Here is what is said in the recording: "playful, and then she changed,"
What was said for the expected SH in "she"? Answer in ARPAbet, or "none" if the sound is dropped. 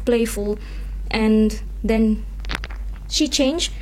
SH